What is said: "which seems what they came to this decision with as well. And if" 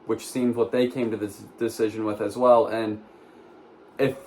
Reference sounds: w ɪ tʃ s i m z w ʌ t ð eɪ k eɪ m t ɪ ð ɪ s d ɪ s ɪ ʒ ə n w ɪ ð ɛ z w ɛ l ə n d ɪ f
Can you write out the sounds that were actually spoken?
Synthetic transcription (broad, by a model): w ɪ tʃ s i m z w ʌ t ð eɪ k eɪ m t ɪ ð ɪ s d ɪ s ɪ ʒ ə n w ɪ ð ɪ z w ɛ l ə n ɪ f